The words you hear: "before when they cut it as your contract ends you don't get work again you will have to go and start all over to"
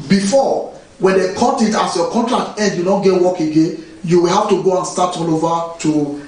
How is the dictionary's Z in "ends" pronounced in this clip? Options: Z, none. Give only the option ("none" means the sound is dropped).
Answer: none